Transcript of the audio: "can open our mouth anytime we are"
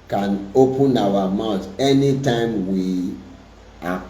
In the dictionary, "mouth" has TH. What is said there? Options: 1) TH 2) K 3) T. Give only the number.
3